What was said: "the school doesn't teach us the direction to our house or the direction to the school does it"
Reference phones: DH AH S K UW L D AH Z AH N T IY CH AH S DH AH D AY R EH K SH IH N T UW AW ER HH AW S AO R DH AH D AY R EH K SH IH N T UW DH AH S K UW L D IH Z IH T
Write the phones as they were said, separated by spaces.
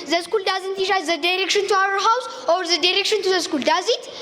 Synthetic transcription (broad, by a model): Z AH S K UW L D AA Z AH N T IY SH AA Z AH D AY R EH K SH IH N T UW AW ER HH AW S AO R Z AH D AY R EH K SH IH N T UW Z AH S K UW L D IH Z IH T